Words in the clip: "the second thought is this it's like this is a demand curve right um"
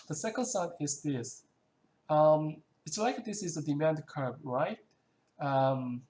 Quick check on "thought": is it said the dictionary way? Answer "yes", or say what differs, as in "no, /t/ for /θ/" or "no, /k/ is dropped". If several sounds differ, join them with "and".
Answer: no, /s/ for /θ/